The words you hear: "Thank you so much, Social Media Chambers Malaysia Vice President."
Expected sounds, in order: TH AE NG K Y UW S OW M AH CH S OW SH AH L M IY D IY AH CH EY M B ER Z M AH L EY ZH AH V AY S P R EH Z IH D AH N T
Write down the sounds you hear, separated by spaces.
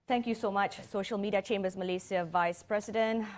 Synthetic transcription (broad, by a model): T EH NG K Y UW S OW M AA CH S OW SH AH L M IY D IY AH CH EY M B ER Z M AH L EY S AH V AY S P R EH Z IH D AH N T